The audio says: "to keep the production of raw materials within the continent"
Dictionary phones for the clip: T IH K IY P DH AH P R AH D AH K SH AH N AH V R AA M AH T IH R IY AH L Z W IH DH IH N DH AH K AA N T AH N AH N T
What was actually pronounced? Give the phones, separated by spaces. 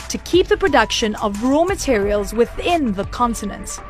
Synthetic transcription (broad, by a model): T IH K IY P DH AH P R AH D AH K SH AH N AH V R AA M AH T IH R IY AH L Z W IH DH IH N DH AH K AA N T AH N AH N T